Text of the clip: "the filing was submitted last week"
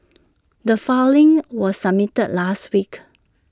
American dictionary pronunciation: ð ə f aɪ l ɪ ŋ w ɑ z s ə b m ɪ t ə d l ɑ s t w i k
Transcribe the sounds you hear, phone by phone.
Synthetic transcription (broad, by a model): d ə f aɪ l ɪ ŋ w ɑ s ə m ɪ t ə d l ɑ s t w i k